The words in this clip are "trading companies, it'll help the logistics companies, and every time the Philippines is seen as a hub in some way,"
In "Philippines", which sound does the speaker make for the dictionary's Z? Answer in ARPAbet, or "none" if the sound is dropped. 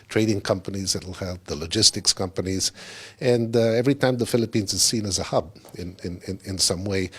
Z